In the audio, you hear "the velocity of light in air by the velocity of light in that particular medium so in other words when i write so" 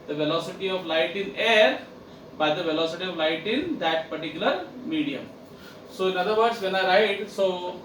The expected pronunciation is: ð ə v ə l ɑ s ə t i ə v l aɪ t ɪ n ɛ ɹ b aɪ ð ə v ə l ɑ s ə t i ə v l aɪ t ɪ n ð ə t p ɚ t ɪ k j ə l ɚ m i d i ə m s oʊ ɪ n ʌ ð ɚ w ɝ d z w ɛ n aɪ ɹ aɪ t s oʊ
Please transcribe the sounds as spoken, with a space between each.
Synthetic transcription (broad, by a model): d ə v ə l ɑ s ə t i ə v l aɪ t ɪ n ɛ ɹ b aɪ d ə v ə l ɑ s ə t i ə v l aɪ t ɪ n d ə t p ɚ t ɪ k j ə l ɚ m i d i ə m s oʊ ɪ n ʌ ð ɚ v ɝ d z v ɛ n aɪ ɹ aɪ t s oʊ